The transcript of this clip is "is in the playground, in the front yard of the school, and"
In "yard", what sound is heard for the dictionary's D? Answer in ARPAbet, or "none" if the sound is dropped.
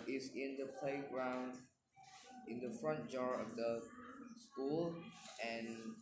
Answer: none